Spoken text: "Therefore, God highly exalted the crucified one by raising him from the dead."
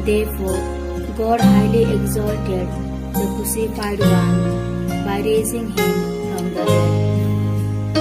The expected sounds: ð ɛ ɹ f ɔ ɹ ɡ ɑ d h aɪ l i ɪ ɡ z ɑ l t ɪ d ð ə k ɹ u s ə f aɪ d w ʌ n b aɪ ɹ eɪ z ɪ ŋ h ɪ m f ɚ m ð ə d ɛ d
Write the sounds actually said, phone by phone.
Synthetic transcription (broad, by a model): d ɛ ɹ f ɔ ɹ ɡ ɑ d h aɪ l i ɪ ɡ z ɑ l t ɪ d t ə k u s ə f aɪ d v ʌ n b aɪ ɹ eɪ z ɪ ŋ h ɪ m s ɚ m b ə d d